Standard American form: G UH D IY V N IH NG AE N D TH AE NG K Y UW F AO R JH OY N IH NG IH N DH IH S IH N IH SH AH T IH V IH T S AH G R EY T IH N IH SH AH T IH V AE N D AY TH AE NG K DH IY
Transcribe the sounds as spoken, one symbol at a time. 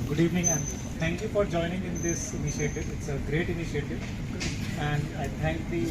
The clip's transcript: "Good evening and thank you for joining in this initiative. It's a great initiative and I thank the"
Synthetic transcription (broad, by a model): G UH D IY V N IH NG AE N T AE NG K Y UW F AO R JH OY N IH NG IH N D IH S IH N IH SH AH T IH V IH T S AH G R EY T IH N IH SH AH T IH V AE N D AY T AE NG K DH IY